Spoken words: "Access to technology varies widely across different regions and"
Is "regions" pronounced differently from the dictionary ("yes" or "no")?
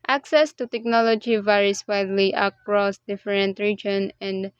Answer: yes